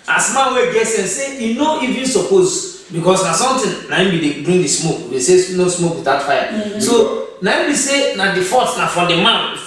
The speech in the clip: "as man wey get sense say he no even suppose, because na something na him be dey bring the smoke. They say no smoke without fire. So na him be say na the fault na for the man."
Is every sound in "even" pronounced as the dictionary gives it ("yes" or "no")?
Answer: yes